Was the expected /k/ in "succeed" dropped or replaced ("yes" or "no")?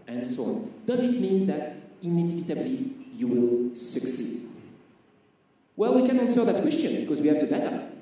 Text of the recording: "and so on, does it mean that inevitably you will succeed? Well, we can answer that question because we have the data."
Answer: no